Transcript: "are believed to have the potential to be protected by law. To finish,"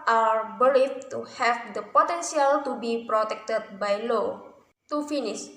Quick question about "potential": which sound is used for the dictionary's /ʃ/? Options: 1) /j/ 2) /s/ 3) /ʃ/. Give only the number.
2